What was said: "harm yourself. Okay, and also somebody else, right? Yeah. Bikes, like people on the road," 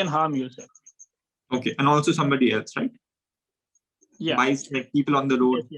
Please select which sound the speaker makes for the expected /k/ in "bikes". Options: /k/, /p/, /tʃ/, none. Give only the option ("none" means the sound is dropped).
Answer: none